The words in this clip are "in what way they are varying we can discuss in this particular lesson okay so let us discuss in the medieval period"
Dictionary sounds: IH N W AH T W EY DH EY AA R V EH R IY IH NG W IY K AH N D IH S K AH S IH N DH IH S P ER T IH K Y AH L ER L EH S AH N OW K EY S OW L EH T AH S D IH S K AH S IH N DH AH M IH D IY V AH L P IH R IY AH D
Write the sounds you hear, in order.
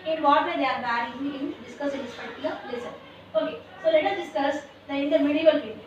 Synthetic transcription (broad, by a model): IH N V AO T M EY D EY AA R B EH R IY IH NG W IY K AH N D IH S K AH S IH N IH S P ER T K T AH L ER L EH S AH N OW K EY S OW L EH T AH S D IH S K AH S IH N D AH M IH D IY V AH L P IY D